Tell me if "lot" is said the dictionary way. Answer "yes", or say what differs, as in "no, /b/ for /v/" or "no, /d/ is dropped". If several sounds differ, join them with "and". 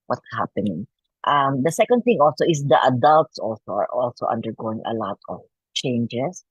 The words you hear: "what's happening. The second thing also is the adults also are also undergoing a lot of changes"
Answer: yes